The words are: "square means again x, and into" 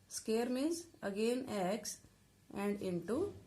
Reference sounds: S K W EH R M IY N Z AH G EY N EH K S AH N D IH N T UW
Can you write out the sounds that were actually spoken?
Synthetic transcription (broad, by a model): S K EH R M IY Z AH G EY N EH K S AH N D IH N T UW